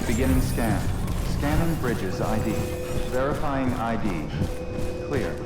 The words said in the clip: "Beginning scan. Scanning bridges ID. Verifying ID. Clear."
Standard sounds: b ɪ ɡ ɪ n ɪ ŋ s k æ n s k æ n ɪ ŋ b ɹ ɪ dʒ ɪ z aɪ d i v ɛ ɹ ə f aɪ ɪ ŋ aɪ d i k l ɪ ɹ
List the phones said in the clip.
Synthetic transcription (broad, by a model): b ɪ ɡ ɪ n ɪ ŋ s k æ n s k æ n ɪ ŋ b ɹ ɪ dʒ ɪ z aɪ d i v ɛ ɹ ə f aɪ ɪ ŋ aɪ d i k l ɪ ɹ